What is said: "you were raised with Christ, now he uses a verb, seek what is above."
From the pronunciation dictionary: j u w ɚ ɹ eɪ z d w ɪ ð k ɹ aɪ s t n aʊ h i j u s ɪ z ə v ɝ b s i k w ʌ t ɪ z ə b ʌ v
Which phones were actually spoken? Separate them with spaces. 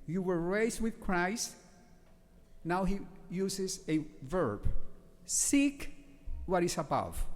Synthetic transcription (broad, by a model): j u w ɚ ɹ eɪ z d w ɪ ð k ɹ aɪ s t n aʊ h i j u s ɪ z ə v ɝ b s i k w ʌ t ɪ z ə b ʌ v